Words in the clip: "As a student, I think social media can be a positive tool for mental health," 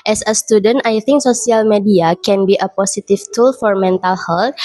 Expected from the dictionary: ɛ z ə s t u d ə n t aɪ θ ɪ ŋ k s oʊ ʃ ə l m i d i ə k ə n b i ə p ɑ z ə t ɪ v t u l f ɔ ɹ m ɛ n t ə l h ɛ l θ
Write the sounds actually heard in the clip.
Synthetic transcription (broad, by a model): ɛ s ə s t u d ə n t aɪ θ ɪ ŋ k s oʊ s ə l m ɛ d i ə k ə n b i ə p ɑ s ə t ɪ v t u l f ɔ ɹ m ɛ n t ə l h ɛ l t